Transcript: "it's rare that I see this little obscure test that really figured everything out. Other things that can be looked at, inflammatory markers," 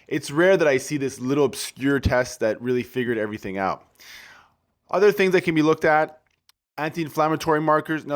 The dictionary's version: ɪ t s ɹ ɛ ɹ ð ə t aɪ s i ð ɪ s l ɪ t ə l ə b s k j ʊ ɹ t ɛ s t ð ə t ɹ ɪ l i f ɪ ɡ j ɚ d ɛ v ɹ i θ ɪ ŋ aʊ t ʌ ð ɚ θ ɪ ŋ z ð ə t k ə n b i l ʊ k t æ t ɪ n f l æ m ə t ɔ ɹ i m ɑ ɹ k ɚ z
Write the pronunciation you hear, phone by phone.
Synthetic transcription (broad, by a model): ɪ t s ɹ ɛ ɹ ð ə t aɪ s i ð ɪ s l ɪ t l ə b s k j ʊ ɹ t ɛ s t ð ə t ɹ ɪ l i f ɪ ɡ j ɚ d ɛ v ɹ i θ ɪ ŋ aʊ t ʌ ð ɚ θ ɪ ŋ z ð ə t k ə n b i l ʊ k t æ t ɪ n f l æ m ə t ɔ ɹ i m ɑ ɹ k ɚ z